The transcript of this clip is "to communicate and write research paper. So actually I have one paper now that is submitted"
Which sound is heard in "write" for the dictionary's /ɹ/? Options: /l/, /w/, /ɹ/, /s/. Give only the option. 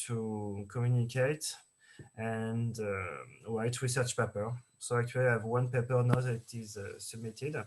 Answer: /w/